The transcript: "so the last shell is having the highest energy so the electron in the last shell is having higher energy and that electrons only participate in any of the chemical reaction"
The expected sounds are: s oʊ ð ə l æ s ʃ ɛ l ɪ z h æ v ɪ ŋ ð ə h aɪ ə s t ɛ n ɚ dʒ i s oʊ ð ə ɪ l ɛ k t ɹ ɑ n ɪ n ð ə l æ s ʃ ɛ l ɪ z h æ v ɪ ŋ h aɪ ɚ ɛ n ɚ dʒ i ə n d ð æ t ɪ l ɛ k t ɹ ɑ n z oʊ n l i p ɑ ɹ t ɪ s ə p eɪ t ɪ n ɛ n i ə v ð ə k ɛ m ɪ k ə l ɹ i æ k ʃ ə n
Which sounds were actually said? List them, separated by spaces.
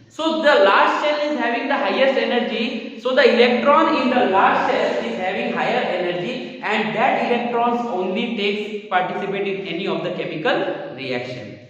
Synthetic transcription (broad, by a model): s oʊ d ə l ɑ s s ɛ l ɪ z h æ v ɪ ŋ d ə h aɪ ə s t ɛ n ɚ dʒ i s oʊ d ə ɪ l ɛ k t ɹ ɑ n ɪ n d ə l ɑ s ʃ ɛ l ɪ z h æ v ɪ ŋ h aɪ ɚ ɛ n ɚ dʒ i ə n d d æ t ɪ l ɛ k t ɹ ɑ n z oʊ n l i p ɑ ɹ t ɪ s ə p eɪ t ɪ n ɛ n i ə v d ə k ɛ m ɪ k ə l ɹ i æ k ʃ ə n